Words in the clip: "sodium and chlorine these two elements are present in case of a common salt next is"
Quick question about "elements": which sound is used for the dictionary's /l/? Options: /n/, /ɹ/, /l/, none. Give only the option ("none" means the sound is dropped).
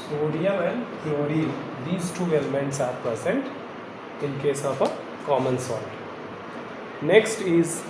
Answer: /l/